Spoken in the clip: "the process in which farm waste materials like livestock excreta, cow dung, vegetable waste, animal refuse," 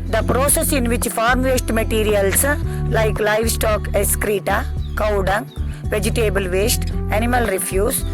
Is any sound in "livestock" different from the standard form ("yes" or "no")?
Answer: no